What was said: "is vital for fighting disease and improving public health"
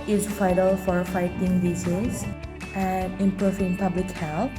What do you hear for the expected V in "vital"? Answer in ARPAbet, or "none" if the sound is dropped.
F